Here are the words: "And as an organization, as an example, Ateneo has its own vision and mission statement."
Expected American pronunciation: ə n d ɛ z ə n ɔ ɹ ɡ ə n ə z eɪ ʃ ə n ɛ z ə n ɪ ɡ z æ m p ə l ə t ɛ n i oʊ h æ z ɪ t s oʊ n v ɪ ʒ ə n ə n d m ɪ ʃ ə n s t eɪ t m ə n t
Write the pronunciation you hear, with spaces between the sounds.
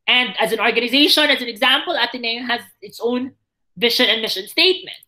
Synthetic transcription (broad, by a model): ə n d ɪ z ə n ɔ ɹ ɡ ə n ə z eɪ ʃ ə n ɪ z ə n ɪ ɡ z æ m p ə l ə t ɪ n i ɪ h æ z ɪ t s oʊ n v ɪ ʃ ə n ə n m ɪ ʃ ə n s t eɪ t m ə n t